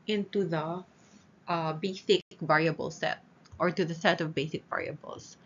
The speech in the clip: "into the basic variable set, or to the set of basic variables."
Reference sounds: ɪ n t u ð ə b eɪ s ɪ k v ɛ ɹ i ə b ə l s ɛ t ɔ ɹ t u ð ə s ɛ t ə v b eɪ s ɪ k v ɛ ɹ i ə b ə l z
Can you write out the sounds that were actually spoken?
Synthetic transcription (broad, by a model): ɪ n t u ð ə b eɪ s ɪ k v ɛ ɹ i ə b ə l s ɛ t ɔ ɹ t u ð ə s ɛ t ə v b eɪ s ɪ k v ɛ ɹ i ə b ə l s